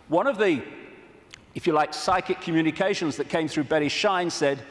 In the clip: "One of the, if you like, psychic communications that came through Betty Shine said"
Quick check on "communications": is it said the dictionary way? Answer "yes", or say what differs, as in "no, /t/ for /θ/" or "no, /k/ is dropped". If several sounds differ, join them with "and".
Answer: yes